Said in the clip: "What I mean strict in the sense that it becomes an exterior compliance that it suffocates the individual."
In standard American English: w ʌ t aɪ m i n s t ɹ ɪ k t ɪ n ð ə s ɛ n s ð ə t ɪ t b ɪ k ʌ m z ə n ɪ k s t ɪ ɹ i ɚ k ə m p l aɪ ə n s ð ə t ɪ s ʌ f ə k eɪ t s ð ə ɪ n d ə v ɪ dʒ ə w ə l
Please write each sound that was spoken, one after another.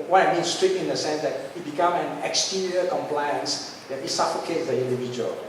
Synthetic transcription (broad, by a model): w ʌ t aɪ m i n s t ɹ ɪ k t ɪ n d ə s ɛ n s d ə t ɪ t b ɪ k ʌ m ə n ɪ k s t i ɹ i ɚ k ə m p l aɪ ə n s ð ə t ɪ s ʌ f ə k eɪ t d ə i n d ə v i dʒ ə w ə l